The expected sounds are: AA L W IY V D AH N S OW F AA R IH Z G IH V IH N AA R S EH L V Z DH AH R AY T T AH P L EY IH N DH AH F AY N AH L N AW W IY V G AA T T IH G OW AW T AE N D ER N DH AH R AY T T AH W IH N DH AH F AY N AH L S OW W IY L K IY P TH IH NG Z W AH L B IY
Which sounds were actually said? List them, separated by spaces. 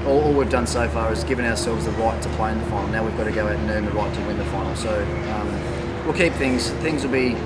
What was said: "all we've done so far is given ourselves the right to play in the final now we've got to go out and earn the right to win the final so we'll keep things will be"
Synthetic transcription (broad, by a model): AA L W IY V D AH N S OW F AA R IH Z G IH V IH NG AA R S EH L V Z DH AH R AY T T AH P L EY IH N DH AH F AY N L N AW W IY V G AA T T IH G OW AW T N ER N DH AH R AY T T AH W IH N DH AH F AY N L S OW W IY L K IY P TH IH NG Z W AH L B IY